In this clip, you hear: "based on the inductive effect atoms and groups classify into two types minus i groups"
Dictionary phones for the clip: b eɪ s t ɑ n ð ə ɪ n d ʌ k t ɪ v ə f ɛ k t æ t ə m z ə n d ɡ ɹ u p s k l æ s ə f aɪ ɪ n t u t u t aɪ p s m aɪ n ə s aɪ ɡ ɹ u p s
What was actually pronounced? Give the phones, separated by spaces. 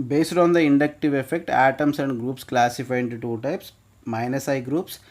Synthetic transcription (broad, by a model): b eɪ s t ɑ n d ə ɪ n d ʌ k t ɪ v ə f ɛ k t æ t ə m s ə n d ɡ ɹ u p s k l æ s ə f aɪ ɪ n t u t u t aɪ p s m aɪ n ə s aɪ ɡ ɹ u p s